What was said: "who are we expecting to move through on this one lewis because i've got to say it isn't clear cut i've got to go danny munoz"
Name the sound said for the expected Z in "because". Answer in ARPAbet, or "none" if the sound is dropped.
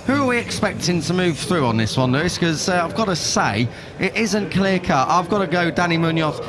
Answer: none